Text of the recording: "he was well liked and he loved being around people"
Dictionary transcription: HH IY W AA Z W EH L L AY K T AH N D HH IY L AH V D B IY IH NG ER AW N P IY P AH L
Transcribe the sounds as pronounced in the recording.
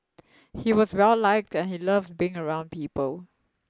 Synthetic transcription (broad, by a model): HH IY W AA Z W EH L L AY K T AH N HH IY L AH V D B IY IH NG ER AW N P IY P AH L